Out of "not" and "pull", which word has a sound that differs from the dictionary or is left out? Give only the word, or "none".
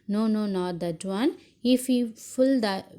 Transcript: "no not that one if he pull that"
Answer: pull